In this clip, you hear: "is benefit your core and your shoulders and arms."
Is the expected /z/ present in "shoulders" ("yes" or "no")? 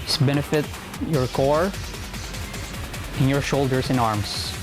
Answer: no